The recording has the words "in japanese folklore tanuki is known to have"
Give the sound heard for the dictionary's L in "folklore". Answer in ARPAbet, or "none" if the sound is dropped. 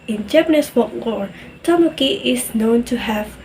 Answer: W